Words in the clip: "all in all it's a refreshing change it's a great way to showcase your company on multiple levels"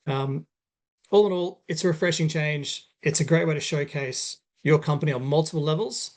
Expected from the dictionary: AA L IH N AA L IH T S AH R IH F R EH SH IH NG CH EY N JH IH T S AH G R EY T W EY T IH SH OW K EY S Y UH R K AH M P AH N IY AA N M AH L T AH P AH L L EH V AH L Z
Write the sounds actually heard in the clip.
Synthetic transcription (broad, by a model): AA L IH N AA L IH T S AH R IH F R EH SH IH NG CH EY N JH IH T S AH G R EY T W EY T IH SH OW K EY S Y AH R K AH M P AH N IY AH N M AH L T AH P AH L L EH V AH L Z